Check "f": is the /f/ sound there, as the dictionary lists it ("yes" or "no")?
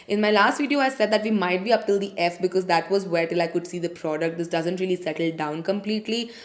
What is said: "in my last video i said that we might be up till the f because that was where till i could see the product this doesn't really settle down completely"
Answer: yes